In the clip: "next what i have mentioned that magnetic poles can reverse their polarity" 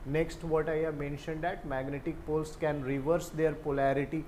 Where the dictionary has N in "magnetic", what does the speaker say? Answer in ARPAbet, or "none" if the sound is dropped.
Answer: N